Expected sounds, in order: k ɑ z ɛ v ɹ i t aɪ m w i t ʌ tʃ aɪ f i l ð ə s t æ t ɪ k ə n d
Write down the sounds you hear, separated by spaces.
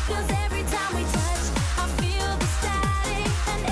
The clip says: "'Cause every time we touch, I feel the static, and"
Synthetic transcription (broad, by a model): k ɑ z ɛ v ɹ i t aɪ m w i t ʌ tʃ aɪ f i l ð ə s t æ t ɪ ə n